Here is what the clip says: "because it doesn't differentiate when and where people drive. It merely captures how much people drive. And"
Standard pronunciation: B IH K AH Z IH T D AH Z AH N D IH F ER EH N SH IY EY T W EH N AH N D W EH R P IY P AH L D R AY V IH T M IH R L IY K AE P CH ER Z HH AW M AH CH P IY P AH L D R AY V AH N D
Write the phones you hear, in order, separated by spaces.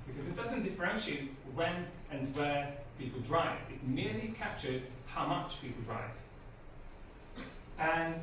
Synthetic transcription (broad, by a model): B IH K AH Z IH T D AH Z AH N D IH F ER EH N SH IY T W EH N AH N W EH P IY P AH L D R AY V IH T M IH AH L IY K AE P CH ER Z HH AW M AH CH P IY P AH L D R AY V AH N